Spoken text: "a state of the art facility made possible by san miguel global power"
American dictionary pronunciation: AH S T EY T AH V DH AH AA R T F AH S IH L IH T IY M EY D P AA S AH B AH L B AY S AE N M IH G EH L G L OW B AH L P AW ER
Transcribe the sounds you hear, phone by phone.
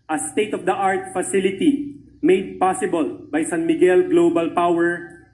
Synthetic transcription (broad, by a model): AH S T EY T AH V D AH AA R T F AH S IH L IH T IY M EY D P AA S AH B AH L B AY S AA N M IH G EH L G L OW B AH L P AW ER